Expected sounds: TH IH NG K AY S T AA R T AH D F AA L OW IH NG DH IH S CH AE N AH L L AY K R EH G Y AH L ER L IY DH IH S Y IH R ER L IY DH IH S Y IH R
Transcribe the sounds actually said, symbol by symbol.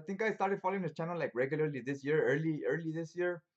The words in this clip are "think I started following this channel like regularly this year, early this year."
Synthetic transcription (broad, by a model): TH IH NG K AY S T AA R T AH D F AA L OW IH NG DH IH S CH AE N AH L L AY K R EH G Y AH L ER L IY DH IH S Y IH R ER L IY DH IH S Y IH R